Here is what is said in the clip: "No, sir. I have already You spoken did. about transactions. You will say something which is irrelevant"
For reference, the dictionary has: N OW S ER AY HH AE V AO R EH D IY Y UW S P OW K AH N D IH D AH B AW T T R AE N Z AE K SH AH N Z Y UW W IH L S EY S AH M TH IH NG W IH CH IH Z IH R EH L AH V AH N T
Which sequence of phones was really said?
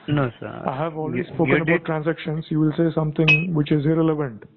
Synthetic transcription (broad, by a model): N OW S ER AY HH AE V AO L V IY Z S P OW K AH N AH B AW T T R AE N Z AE K SH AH N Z Y UW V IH L S EY S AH M T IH NG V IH CH IH Z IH R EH L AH V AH N T